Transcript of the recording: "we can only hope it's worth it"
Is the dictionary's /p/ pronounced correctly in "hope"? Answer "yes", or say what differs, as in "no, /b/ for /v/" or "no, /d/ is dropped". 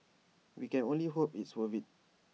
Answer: yes